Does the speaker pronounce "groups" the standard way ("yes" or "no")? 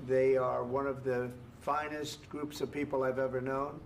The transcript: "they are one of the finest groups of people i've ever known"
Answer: yes